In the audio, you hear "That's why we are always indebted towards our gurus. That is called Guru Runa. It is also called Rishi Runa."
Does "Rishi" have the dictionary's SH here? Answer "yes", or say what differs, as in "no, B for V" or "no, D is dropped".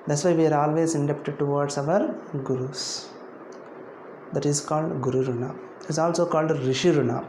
yes